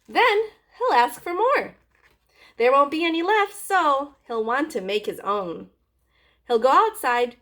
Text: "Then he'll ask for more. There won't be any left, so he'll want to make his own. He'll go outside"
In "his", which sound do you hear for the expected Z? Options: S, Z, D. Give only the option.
Z